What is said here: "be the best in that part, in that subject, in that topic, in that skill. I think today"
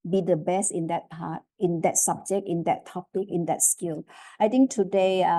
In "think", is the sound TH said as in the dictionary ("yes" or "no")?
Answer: no